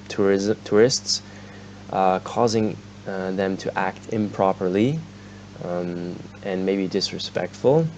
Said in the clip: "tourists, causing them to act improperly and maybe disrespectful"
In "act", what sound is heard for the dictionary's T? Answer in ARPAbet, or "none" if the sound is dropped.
T